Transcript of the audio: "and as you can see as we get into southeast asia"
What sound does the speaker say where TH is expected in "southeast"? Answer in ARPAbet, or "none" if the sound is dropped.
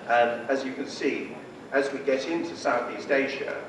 TH